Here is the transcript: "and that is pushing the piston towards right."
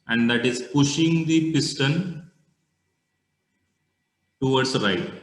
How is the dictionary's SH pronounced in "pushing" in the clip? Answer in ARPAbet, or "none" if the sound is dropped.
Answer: SH